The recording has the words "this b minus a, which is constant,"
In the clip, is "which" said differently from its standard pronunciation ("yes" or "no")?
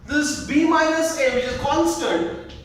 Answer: yes